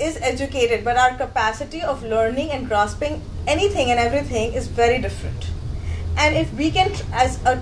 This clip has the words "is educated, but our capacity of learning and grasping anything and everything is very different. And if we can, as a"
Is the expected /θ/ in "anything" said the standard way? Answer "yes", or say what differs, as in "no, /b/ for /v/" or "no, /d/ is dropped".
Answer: no, /t/ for /θ/